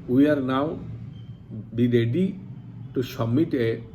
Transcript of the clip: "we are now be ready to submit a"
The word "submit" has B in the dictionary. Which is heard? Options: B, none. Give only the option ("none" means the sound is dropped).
none